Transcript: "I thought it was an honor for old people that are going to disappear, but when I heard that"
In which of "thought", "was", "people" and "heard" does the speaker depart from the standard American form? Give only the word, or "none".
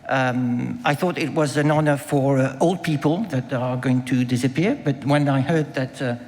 none